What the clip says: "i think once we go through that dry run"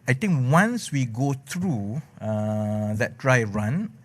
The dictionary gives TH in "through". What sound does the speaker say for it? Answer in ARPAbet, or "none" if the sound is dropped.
T